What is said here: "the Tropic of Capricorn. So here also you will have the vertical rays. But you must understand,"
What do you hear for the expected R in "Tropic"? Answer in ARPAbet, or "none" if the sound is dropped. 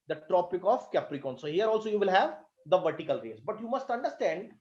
R